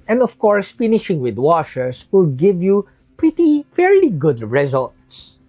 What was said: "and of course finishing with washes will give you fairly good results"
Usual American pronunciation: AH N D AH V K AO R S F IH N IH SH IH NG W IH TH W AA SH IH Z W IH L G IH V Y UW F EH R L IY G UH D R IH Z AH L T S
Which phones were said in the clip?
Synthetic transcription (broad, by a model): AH N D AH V K AO R S F IH N IH SH IH NG W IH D W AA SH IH S W IH L G IH V Y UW F EH R L IY G UH D R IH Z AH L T S